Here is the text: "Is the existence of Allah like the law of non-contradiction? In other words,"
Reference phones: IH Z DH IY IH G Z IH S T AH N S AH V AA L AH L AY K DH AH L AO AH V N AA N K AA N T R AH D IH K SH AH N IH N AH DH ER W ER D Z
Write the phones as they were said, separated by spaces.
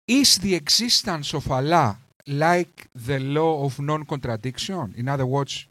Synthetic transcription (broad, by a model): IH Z DH IY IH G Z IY S T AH N S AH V AA L AH L AY K DH AH L AO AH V N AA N K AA N T R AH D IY K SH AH N IH N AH DH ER W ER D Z